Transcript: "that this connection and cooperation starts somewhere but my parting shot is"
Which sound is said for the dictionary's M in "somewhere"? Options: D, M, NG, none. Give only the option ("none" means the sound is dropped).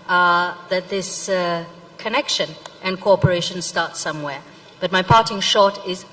M